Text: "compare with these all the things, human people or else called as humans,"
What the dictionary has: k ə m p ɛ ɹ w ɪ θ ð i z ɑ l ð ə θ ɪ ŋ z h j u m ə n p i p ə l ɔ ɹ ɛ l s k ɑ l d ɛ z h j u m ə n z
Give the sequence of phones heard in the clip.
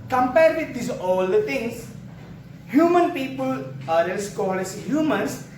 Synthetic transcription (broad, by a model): k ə m p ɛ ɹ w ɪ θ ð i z ɑ l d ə t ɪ ŋ s h j u m ə n p i p ə l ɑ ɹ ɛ n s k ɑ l ɛ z h j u m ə n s